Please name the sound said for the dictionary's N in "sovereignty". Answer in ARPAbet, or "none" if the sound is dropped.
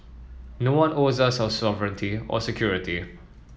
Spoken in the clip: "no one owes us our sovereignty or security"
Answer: N